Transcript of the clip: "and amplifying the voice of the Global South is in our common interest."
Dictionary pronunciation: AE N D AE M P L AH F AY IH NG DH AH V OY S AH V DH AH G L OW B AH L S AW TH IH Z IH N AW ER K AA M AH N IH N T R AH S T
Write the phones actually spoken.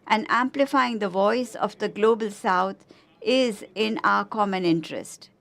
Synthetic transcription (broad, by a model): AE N D AE M P L AH F AY IH NG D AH V OY S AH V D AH G L OW B AH L S AW T IH Z IH N AW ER K AA M AH N IH N T R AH S T